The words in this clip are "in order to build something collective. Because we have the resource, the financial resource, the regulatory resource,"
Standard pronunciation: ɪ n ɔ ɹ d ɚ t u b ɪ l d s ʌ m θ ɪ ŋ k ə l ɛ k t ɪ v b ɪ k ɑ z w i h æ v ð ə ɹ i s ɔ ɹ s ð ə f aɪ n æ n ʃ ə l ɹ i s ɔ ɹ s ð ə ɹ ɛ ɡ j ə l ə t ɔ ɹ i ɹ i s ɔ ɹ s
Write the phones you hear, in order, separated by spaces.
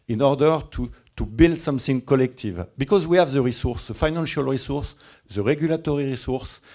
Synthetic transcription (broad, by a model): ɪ n ɔ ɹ d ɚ t u b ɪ l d s ʌ m θ ɪ ŋ k ə l ɛ k t ɪ v b ɪ k ɑ z w i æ v ð ə ɹ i s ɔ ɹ s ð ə f aɪ n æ n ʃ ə l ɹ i s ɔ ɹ s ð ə ɹ ɛ ɡ j ə l ə t ɔ ɹ i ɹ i s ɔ ɹ s